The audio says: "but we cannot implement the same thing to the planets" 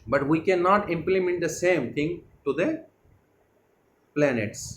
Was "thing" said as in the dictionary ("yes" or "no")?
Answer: no